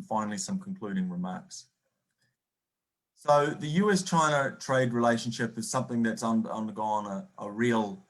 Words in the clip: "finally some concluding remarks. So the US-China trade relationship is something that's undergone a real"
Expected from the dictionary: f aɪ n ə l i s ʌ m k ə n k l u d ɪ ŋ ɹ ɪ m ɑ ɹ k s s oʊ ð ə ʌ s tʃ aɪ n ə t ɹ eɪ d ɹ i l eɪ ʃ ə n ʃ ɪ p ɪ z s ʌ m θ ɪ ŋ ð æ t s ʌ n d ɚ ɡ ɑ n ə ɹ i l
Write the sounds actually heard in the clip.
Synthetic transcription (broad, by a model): f aɪ n l i s ʌ m k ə n k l u d ɪ ŋ ɹ ɪ m ɑ ɹ k s s oʊ ð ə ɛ s tʃ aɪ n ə t ɹ eɪ d ɹ i l eɪ ʃ ə n ʃ ɪ p ɪ z s ʌ m θ ɪ ŋ ð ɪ t s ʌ n d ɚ ɡ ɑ n ə ɹ i l